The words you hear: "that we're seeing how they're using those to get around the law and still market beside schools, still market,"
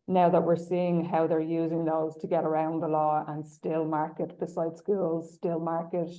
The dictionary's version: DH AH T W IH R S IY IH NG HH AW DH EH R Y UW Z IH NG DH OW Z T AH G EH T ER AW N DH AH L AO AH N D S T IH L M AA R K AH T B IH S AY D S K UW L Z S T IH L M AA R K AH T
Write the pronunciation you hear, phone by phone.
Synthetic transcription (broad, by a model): DH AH T W IH R S IY IH NG HH AW DH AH R Y UW Z IH NG DH OW Z T AH G EH T ER AW N DH AH L AO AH N S T IH L M AA R K AH T B IH S AY D S K UW L Z S T IH L M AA R K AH T